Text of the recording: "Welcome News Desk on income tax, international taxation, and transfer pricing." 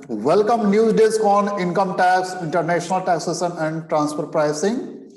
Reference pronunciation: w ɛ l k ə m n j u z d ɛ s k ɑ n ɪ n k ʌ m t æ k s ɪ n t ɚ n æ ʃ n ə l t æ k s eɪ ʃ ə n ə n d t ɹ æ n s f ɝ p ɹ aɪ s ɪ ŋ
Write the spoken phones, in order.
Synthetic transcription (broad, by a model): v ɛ l k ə m n j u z d ɛ s k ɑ n ɪ n k ʌ m t æ k s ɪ n t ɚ n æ ʃ n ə l t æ k s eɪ s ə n ə n d t ɹ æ n s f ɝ p ɹ aɪ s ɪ ŋ